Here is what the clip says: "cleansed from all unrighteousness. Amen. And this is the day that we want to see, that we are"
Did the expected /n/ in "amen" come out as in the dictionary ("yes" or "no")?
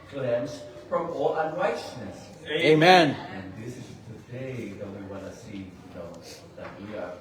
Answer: yes